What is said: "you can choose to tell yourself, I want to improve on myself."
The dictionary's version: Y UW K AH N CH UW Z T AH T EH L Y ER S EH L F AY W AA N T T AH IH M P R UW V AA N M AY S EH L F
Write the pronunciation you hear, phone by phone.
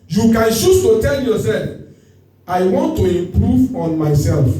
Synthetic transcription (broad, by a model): Y UW K AH N SH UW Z T AH T EH L Y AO S EH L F AY W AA N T T AH IH M P R UW V AA N M AY S EH L F